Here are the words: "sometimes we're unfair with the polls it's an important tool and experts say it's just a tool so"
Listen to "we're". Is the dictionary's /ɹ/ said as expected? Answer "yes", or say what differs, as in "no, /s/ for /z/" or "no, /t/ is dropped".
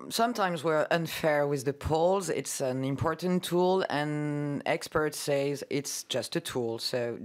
yes